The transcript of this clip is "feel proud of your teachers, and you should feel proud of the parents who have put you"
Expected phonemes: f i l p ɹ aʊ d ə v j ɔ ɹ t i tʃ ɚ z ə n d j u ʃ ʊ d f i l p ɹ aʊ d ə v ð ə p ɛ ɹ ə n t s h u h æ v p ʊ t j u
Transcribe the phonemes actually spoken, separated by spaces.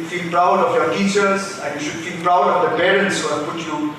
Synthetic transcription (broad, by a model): f i l p ɹ aʊ d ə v j ɔ ɹ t i tʃ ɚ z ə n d j u ʃ ʊ d f i l p ɹ aʊ d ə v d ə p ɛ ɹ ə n s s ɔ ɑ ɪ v p ʊ t j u